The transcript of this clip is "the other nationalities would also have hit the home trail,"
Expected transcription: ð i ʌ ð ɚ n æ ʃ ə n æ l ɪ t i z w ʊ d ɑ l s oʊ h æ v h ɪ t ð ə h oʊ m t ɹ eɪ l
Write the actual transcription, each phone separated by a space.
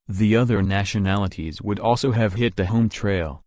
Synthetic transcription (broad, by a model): ð i ʌ ð ɚ n æ ʃ ə n æ l ɪ t i z w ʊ d ɑ l s oʊ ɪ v h ɪ t ð ə h oʊ m t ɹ eɪ l